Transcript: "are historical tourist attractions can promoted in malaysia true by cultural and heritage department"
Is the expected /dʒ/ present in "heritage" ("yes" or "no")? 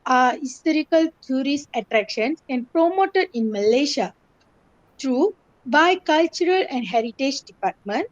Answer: yes